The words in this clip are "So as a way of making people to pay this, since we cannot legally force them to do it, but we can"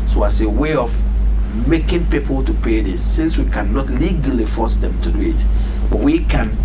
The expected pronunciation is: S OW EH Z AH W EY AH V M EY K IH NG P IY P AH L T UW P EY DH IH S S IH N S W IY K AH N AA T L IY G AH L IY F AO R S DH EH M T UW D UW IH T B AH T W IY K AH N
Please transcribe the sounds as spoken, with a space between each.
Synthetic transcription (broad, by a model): S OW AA S AH W EY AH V M EY K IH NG P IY P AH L T UW P EY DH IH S S IH N S W IY K AH N AA T L IY G AH L IY F AO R S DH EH M T UW D UW IH T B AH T W IY K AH N